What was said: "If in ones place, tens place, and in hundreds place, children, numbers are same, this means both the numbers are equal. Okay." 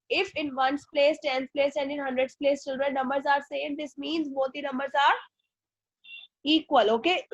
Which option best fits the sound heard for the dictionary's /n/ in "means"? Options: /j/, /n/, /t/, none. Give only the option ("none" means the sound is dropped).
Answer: /n/